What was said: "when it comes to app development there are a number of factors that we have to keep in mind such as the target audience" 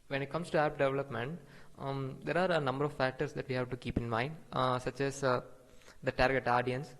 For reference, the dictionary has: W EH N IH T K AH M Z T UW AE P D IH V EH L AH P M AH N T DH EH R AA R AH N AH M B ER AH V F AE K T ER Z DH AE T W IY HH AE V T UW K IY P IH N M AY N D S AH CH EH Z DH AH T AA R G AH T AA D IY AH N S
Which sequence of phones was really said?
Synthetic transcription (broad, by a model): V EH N IH T K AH M S T UW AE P D IH V EH L AH P M AH N T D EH R AA R AH N AH M B ER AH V F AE K T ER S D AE T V IY HH AE V T UW K IY P IH N M AY N D S AH CH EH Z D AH T AA R G AH T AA D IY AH N S